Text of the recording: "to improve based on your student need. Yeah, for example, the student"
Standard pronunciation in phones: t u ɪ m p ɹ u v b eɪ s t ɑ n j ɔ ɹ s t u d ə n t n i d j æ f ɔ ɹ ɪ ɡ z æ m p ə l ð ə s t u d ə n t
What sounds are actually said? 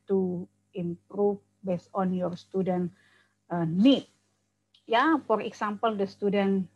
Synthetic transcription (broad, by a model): t u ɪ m p ɹ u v b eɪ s ɑ n j ɔ ɹ s t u d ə n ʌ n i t j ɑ f ɔ ɹ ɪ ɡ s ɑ m p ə l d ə s t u d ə n